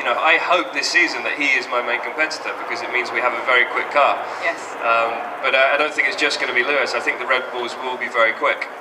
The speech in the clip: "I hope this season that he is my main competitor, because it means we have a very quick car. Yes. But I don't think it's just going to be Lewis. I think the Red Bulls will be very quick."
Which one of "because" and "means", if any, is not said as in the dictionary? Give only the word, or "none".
none